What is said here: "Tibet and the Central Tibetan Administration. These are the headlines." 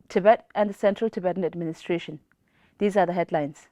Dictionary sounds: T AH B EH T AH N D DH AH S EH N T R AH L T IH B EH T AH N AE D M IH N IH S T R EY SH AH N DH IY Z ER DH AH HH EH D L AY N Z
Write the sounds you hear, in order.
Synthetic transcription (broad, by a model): T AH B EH T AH N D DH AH S EH N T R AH L T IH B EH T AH N AE D M IH N IH S T R EY SH AH N DH IY Z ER DH AH HH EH D L AY N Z